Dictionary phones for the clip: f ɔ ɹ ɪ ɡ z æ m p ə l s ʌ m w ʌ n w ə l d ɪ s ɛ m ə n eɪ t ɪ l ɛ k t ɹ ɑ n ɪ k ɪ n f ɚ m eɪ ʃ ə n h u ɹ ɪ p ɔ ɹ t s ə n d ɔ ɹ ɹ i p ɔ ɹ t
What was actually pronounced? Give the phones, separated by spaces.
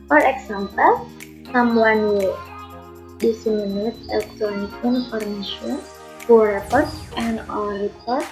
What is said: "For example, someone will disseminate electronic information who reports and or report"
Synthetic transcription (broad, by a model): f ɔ ɹ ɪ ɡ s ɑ m p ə l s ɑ m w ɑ n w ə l d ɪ s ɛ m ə n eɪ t ɪ l ɛ k t ɹ ɑ n ɪ k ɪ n f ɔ m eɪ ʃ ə n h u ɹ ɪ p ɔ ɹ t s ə n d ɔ l ɹ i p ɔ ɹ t